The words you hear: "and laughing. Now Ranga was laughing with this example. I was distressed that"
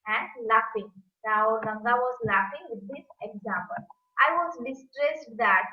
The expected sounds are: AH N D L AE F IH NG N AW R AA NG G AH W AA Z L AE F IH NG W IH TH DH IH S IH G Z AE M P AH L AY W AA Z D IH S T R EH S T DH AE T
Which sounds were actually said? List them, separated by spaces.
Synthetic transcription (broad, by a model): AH N D L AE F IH NG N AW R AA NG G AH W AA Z L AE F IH NG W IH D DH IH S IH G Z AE M P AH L AY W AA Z D IH S T R EH S T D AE T